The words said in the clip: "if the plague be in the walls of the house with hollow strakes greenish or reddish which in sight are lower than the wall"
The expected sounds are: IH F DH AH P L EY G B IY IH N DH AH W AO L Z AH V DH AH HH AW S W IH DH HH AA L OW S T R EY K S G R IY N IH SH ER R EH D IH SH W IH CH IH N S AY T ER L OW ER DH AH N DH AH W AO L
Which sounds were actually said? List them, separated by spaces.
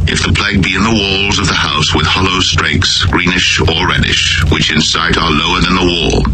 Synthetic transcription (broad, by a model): IH F DH AH P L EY G B IY IH N DH AH W AO L Z AH V DH AH HH AW S W IH DH HH AA L OW S T R EY K S G R IY N IH SH ER R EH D IH SH W IH CH IH N S AY T ER L OW ER DH AH N DH AH W AO L